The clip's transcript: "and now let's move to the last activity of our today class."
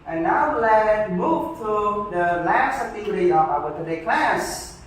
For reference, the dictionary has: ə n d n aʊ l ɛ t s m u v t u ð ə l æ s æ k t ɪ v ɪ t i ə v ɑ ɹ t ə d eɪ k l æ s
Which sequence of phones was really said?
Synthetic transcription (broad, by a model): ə n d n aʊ l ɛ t m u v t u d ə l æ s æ t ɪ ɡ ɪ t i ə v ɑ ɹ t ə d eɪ k l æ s